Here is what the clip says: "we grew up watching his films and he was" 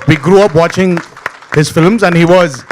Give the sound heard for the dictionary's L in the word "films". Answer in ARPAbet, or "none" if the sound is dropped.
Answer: L